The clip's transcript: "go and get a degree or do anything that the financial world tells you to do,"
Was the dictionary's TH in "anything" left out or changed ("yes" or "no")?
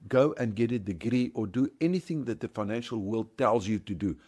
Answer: no